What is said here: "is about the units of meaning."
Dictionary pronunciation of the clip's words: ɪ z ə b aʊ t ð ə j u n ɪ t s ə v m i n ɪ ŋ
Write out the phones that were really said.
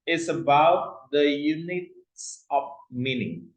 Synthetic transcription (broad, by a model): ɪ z ə b aʊ t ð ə j u n ɪ t s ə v m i n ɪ ŋ